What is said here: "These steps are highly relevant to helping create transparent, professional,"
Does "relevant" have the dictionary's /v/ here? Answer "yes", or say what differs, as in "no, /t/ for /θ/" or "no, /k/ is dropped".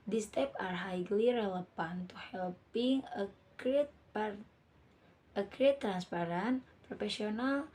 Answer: no, /p/ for /v/